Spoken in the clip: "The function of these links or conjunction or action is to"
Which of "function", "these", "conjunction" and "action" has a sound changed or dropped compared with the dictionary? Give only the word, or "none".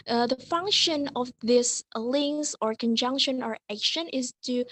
these